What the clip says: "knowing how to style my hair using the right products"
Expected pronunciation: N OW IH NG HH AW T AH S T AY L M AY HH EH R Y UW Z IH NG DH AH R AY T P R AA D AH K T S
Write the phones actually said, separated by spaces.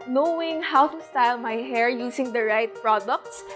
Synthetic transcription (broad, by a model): N OW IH NG HH AW T AH S T AY L M AY HH EH R Y UW S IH NG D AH R AY T P R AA D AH K T S